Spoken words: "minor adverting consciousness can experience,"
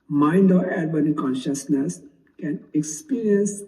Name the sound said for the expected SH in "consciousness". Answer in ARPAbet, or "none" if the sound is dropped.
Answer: SH